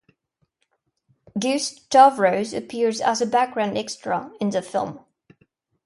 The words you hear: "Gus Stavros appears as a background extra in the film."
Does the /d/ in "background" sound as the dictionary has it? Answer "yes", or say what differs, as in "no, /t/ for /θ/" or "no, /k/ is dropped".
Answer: yes